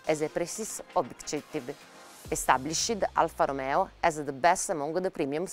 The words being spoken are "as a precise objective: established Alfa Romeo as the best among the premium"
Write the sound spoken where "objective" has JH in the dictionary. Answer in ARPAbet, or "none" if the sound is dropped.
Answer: none